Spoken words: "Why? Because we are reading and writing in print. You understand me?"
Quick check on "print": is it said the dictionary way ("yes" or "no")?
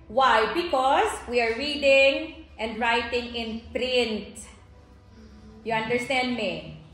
yes